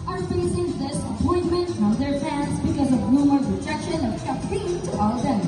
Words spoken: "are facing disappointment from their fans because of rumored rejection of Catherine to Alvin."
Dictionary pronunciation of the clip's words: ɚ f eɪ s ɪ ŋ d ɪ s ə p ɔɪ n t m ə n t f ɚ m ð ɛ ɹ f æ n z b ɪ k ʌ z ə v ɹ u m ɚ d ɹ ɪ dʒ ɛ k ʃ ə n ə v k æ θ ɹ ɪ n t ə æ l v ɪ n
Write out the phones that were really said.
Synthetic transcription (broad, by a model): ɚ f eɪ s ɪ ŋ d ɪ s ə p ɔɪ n m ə n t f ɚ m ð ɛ ɹ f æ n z b ɪ k ʌ z ə v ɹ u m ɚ ɹ ɪ dʒ ɛ k ʃ ə n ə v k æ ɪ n t ə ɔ l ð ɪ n